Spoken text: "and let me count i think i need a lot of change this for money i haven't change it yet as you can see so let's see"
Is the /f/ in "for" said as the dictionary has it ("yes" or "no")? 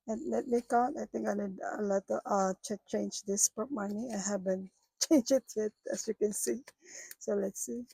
no